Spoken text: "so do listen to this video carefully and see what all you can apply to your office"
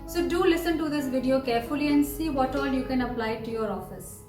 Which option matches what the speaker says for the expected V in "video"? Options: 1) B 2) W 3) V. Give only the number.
3